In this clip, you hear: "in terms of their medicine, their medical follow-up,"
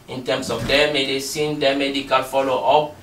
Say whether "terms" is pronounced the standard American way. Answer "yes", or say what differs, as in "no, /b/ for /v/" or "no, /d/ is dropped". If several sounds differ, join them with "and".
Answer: no, /s/ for /z/